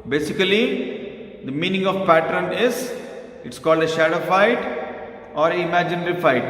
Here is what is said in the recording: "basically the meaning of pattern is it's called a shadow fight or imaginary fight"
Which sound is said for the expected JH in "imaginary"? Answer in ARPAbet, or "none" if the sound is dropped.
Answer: JH